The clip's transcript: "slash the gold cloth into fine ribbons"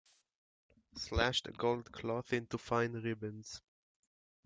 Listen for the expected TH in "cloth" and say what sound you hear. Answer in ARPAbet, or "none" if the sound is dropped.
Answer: TH